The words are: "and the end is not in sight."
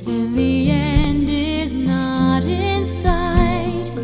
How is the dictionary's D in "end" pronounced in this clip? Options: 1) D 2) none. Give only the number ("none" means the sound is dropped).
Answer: 1